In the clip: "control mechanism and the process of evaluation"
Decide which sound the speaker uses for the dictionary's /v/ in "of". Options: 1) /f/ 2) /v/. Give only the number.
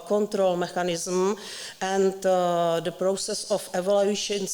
1